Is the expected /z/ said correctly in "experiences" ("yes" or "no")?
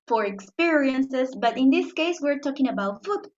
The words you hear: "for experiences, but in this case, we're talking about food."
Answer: no